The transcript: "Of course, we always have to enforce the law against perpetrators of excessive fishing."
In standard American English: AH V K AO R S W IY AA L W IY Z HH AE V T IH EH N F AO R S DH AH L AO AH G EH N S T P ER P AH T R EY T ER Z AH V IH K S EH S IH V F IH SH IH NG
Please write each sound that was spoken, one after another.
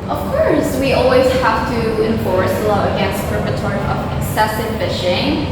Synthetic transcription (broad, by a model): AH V K AO R S W IY AA L W IY Z HH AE F T IH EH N F AO R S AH L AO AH G EH N S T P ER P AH T AO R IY AH V IH K S EH S IH V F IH SH IH NG